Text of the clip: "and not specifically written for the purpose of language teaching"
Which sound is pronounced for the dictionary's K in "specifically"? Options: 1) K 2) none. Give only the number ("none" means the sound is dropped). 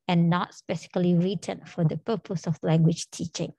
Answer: 2